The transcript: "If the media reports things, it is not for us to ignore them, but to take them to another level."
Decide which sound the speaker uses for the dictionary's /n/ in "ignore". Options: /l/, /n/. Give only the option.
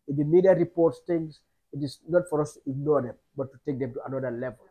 /n/